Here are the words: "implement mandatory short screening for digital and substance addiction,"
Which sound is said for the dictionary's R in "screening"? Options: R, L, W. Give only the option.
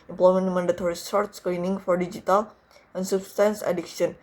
L